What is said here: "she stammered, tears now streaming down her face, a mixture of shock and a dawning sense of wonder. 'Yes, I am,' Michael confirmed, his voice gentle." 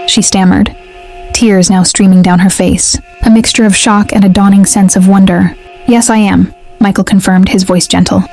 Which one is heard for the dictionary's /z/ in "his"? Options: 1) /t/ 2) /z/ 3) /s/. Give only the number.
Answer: 2